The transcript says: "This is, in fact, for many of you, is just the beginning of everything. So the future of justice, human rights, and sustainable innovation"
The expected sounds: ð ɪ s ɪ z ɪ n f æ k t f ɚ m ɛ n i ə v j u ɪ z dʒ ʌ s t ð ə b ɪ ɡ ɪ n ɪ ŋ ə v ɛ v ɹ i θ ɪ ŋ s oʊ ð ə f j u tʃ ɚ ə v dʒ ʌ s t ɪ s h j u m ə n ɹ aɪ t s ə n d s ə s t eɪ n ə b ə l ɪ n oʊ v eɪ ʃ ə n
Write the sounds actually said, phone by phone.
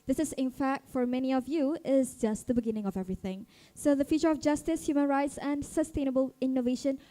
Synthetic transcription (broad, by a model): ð ɪ s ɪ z ɪ n f æ k t f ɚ m ɛ n i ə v j u ɪ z dʒ ʌ s t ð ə b ɪ ɡ ɪ n ɪ ŋ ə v ɛ v ɹ i θ ɪ ŋ s oʊ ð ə f j u tʃ ɚ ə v dʒ ʌ s t ɪ s h j u m ə n ɹ aɪ t s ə n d s ə s t eɪ n ə b ə l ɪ n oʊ v eɪ ʃ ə n